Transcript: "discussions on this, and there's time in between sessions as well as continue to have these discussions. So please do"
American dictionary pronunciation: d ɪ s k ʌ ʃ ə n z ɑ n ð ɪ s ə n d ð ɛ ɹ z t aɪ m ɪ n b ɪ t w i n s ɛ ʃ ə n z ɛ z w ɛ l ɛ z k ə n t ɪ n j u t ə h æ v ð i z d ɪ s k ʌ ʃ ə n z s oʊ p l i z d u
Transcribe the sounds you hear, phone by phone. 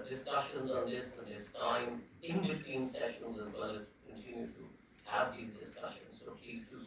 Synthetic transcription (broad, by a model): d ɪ s k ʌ ʃ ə n z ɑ n ð ɪ s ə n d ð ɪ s t aɪ m ɪ n b ɪ t w i n s ɛ ʃ ə n z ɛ z w ɛ l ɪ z k ə n t ɪ n j u t ə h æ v ð i z d ɪ s k ʌ ʃ ə n z s oʊ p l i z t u